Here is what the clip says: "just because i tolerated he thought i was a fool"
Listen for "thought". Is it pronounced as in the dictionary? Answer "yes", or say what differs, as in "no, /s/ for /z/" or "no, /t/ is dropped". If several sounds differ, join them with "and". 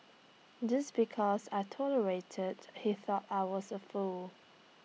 yes